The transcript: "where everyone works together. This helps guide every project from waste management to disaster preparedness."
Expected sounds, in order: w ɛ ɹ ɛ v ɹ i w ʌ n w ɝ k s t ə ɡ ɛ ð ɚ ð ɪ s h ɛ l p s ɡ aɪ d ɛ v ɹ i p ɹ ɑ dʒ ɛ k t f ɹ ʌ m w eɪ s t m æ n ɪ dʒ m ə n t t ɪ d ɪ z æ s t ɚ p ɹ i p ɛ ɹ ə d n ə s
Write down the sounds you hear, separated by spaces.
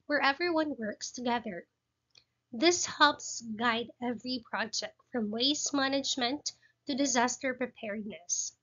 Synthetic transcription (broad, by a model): w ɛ ɹ ɛ v ɹ i w ʌ n w ɝ k s t ə ɡ ɛ ð ɚ ð ɪ s h ɛ l p s ɡ aɪ d ɛ v ɹ i p ɹ ɑ dʒ ɛ k t f ɹ ʌ m w eɪ s m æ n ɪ dʒ m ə n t t ɪ d ɪ z æ s t ɚ p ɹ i p ɛ ɹ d n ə s